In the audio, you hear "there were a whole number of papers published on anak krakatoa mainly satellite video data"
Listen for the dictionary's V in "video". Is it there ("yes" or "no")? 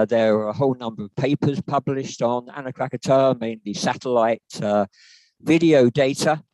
yes